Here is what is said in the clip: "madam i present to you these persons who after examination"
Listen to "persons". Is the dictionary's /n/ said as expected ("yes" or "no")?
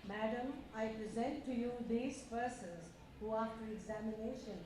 no